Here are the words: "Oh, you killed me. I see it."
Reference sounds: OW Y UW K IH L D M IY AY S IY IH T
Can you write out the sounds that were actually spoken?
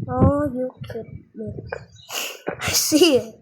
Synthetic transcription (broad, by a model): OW Y UW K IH D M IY AY S IY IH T